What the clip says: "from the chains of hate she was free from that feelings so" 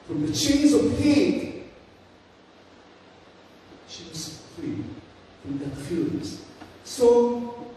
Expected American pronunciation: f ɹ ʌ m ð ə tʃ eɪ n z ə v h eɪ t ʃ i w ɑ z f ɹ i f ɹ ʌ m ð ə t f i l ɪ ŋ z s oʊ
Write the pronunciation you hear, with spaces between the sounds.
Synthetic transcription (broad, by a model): f ɹ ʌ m ð ə tʃ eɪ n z ə v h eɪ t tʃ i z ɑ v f i f ɹ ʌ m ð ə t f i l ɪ z s oʊ